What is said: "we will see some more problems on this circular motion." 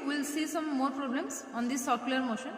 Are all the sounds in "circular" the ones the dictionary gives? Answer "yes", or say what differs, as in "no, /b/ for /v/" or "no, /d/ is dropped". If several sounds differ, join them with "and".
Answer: no, /l/ is dropped